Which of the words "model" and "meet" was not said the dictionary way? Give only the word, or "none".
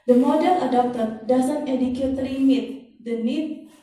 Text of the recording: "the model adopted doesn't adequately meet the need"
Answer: model